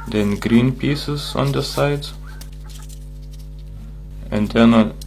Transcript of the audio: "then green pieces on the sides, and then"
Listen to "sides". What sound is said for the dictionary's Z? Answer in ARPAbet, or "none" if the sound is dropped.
none